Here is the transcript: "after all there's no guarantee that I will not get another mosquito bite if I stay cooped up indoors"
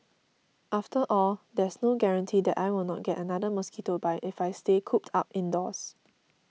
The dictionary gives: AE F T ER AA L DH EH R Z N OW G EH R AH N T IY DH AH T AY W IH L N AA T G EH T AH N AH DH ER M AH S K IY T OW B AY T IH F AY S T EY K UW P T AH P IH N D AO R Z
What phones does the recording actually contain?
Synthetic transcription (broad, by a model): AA F T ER AA L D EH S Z N OW G EH R AH N T IY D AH T AY W IH L N AA T G EH T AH N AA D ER M AH S K IY T OW B AY T IH F AY S T EY K UW P T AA P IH N D AO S